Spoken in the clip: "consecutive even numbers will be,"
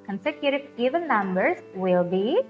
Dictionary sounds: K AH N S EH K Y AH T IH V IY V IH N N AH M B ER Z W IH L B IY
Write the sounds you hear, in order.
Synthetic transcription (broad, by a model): K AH N S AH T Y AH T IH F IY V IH L N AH M B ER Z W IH L B IY